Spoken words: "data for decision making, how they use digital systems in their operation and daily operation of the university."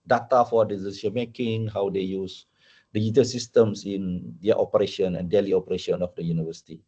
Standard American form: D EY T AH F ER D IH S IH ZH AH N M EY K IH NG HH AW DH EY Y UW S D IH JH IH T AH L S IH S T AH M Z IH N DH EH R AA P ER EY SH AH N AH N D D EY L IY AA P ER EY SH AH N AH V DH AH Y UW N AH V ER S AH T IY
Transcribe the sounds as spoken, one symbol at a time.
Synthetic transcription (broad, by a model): D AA T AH F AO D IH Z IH S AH M EY K IH NG HH AW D EY Y UW S D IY JH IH T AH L S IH S T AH M S IH N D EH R AA P ER EY SH AH N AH N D D EY L IY AA P ER EY SH AH N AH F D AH Y UW N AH V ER S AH T IY